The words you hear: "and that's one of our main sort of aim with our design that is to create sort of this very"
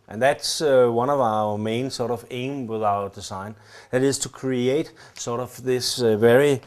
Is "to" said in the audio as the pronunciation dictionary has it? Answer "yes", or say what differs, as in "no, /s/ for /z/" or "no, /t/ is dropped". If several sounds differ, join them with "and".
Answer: yes